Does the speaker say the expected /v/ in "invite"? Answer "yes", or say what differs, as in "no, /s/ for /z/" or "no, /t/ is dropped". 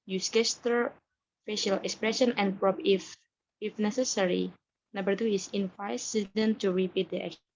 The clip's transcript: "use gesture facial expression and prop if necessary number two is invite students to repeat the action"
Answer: no, /f/ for /v/